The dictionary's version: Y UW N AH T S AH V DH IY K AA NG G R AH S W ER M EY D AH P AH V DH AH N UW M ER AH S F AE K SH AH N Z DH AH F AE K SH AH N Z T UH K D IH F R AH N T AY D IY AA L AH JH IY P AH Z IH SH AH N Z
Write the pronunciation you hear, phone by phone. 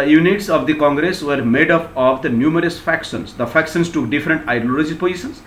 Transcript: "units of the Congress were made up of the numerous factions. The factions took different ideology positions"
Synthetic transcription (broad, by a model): Y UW N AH T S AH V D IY K AA NG G R AH S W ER M EY D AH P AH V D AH N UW M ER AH S F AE K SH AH N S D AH F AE K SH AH N S T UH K D IH F R AH N T AY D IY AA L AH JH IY P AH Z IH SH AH N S